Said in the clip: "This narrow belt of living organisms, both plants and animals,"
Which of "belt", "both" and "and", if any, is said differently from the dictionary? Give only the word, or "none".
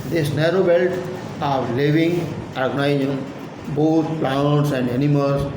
both